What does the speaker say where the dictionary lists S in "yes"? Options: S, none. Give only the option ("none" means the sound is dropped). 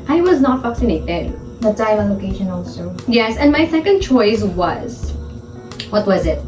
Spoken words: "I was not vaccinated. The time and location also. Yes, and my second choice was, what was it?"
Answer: S